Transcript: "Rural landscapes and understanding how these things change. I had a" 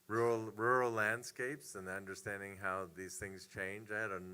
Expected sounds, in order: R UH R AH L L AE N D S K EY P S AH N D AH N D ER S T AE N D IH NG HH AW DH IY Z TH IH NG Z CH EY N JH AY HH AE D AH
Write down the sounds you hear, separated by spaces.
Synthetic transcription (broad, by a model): R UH R L L AE N D S K EY P S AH N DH AH N D ER S T AE N D IH NG HH AW DH IY Z TH IH NG Z CH EY N JH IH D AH